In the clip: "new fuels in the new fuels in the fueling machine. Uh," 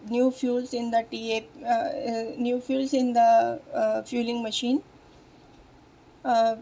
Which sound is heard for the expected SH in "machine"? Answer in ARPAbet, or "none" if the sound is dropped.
SH